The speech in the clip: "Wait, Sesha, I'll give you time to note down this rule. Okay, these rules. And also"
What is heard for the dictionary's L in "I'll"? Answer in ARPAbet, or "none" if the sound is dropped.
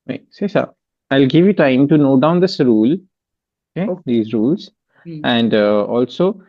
L